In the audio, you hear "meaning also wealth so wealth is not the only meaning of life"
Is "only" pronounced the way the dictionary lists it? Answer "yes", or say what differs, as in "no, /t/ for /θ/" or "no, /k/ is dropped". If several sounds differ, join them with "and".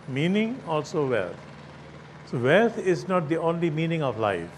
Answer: yes